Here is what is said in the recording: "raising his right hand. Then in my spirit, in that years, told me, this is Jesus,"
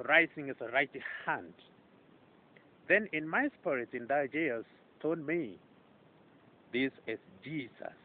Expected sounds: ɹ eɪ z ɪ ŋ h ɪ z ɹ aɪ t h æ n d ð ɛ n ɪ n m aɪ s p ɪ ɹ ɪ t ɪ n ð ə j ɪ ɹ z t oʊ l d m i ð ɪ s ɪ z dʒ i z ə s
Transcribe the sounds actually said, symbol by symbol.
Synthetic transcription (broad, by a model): ɹ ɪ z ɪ ŋ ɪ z ɹ aɪ t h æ n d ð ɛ n ɪ n m aɪ s p ɪ ɹ ɪ t ɪ n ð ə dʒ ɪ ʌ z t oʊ d m i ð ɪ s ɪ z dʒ i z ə s